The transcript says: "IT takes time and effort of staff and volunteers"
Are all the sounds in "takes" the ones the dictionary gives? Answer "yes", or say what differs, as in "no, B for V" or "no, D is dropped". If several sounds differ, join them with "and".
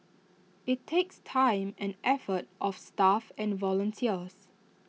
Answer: yes